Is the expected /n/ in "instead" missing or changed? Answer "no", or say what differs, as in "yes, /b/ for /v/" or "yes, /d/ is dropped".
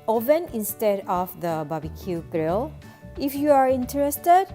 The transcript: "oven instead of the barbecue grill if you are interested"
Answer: no